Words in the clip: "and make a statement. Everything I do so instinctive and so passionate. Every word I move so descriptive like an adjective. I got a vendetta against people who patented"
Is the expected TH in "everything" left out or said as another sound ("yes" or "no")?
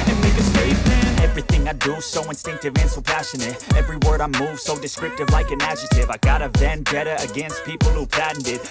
no